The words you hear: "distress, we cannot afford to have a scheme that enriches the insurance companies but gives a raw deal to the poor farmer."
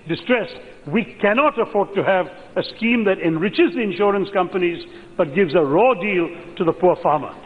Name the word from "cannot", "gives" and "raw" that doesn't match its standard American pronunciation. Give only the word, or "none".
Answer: none